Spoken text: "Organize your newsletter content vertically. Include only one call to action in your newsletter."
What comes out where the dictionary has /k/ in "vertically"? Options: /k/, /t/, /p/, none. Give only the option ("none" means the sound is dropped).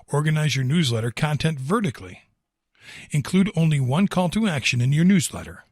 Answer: /k/